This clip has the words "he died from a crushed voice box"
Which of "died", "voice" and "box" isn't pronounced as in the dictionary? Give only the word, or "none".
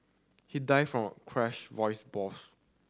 box